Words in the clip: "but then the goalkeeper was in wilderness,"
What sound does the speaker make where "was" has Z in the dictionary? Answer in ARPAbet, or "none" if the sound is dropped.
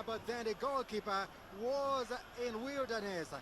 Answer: Z